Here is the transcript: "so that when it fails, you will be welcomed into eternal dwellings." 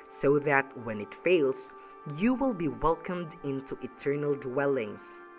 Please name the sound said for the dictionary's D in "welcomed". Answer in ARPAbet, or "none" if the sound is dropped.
D